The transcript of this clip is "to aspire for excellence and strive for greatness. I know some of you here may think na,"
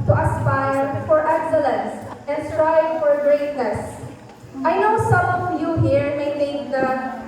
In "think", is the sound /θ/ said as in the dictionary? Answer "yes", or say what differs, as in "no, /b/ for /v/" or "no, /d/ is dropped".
no, /t/ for /θ/